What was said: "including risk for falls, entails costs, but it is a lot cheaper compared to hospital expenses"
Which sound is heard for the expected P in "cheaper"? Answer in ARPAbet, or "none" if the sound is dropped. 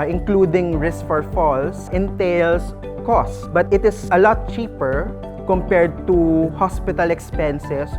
P